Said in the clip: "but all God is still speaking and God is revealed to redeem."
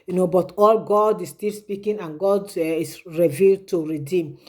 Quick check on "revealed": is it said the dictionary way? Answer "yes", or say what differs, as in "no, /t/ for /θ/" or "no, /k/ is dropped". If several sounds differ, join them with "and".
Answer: yes